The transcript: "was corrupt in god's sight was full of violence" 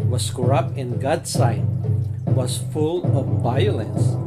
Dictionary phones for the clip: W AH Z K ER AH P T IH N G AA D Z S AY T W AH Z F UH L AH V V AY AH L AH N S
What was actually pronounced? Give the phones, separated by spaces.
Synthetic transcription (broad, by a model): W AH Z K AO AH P IH N G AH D S AY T W AH Z F UH L AH V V AY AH L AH N S